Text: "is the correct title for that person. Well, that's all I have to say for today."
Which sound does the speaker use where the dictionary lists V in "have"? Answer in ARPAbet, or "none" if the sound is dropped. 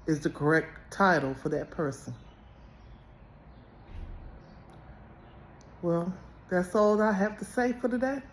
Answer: F